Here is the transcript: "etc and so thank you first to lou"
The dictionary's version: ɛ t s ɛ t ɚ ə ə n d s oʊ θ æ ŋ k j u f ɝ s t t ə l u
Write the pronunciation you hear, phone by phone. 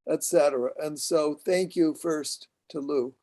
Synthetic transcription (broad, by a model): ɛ t s ɛ t ɚ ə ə n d s oʊ θ æ ŋ k j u f ɝ s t t ə l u